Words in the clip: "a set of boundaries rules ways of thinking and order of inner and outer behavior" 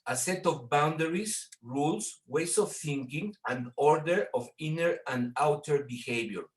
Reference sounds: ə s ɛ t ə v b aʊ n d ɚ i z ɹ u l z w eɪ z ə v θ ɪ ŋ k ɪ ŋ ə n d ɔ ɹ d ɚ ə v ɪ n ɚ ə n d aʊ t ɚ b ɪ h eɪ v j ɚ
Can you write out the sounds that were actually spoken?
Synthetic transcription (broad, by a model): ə s ɛ t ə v b aʊ n d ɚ i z ɹ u l s w eɪ s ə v θ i ŋ k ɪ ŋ ə n d ɔ ɹ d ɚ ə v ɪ n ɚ ə n d aʊ t ɚ b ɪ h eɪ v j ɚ